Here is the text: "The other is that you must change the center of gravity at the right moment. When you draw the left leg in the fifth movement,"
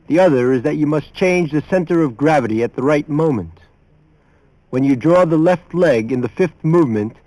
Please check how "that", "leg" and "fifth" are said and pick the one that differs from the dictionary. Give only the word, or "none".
none